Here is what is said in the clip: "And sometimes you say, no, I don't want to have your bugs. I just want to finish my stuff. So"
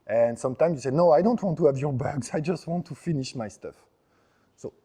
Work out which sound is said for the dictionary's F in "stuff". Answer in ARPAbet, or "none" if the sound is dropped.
F